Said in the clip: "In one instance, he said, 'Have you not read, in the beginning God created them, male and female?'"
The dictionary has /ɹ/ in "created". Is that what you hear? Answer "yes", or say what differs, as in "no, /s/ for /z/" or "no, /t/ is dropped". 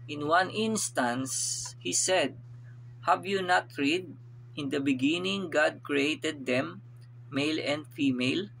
yes